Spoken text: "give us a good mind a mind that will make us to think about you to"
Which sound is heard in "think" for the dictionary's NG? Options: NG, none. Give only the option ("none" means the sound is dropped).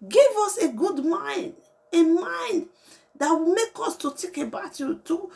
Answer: none